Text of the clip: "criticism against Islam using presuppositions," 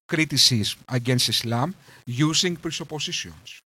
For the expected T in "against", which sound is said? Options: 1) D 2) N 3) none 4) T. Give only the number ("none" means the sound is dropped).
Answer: 4